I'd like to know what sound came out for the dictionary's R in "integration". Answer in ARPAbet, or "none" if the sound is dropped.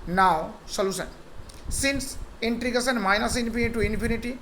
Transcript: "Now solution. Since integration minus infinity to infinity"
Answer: none